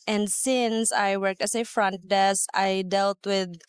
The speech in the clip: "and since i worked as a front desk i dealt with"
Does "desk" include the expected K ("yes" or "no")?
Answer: no